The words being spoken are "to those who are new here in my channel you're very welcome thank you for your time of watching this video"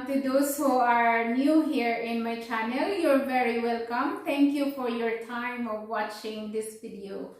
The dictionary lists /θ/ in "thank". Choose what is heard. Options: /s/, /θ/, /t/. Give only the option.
/t/